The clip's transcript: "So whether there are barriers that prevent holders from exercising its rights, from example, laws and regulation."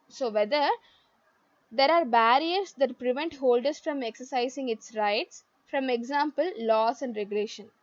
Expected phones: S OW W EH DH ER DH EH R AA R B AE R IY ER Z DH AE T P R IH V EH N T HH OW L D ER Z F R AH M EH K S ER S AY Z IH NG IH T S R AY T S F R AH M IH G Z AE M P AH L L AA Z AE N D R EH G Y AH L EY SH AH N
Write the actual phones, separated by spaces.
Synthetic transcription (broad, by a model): S OW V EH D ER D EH R AA R B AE R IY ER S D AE T P R IH V EH N T HH OW L D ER S F R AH M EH K S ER S AY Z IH NG IH T S R AY T S F R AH M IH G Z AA M P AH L L AA S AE N D R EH G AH L EY SH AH N